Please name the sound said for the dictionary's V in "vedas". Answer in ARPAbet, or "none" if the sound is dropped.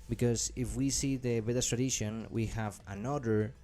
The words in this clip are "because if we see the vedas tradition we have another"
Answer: B